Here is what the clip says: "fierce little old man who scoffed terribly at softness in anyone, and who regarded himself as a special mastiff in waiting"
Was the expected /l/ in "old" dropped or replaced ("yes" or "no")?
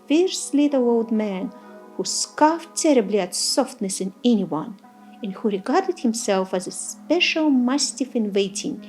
no